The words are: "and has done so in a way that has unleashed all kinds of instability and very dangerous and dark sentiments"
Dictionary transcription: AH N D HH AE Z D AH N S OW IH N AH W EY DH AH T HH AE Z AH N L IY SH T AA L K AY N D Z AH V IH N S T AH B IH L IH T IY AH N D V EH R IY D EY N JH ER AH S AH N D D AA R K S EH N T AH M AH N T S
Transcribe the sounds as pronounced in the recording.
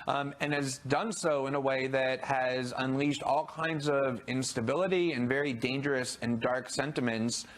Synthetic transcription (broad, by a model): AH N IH Z D AH N S OW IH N AH W EY DH AH T HH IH Z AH N L IY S T AA L K AY N D Z AH V IH N S T AH B IH L IH T IY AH N V EH R IY D EY N JH ER AH S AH N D D AA R K S EH N T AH M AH N T S